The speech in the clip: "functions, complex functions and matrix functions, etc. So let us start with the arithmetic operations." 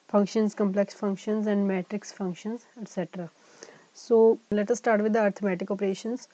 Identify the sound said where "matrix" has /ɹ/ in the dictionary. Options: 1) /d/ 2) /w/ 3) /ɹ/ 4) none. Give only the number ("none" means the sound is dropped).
3